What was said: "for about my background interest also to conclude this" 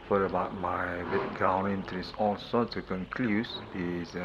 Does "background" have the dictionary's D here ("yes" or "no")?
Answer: no